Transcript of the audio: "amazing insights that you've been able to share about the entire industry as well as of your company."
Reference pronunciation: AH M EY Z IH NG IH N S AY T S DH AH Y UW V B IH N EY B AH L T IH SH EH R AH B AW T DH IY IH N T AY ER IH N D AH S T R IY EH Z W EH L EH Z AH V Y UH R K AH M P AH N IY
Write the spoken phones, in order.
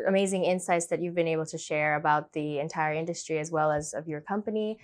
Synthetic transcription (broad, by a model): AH M EY Z IH NG IH N S AY T S DH AH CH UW V B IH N EY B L T IH SH EH R AH B AW T DH IY IH N T AY ER IH N D AH S T R IY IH Z W EH L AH Z AH V Y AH R K AH M P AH N IY